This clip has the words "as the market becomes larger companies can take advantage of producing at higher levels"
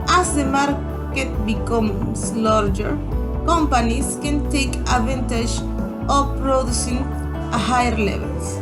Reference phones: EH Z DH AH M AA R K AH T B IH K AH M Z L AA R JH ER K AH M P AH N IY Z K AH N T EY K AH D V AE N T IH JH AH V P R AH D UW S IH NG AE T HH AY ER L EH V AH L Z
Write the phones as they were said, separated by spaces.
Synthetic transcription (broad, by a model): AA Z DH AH M AA R K AH T B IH K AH M S L AA R JH ER K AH M P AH N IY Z K AH N T EY K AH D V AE N T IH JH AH P R AH D UW S IH NG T HH AY ER L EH V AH L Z